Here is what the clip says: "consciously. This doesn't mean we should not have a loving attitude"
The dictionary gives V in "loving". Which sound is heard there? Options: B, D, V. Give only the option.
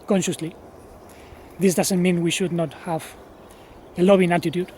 B